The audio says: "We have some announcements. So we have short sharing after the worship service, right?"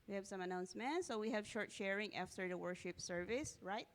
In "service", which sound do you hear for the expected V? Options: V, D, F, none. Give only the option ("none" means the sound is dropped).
V